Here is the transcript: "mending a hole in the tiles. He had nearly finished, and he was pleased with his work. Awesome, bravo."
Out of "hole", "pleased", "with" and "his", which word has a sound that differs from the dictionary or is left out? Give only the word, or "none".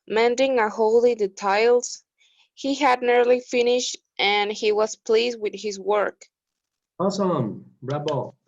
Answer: none